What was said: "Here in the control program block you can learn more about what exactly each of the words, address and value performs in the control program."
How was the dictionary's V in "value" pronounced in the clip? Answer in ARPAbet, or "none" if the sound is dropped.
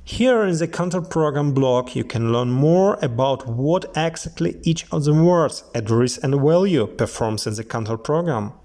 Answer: W